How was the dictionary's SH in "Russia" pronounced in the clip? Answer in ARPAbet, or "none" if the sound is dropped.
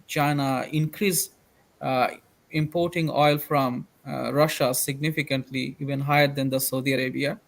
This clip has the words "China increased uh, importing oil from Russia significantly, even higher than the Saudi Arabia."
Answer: SH